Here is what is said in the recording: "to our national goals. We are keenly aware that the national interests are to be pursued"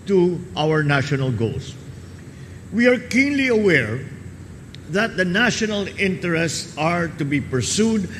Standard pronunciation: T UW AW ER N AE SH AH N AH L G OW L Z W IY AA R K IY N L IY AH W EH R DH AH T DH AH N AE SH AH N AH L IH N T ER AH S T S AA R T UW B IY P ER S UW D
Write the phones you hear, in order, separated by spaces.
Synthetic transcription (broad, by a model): T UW AW ER N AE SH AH N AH L G OW L S W IY AA R K IY N L IY AH W EH R DH AH T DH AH N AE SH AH N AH L IH N T ER AH S T S AA R T UW B IY P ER S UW D